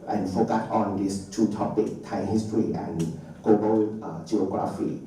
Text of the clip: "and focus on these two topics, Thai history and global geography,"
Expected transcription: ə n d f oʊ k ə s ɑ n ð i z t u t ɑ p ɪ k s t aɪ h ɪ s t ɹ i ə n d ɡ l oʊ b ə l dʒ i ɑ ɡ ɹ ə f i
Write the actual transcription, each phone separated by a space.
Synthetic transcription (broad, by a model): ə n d f oʊ k ə s ɑ n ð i s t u t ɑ p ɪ k t aɪ h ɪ s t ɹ i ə n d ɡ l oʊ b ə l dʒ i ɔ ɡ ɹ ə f i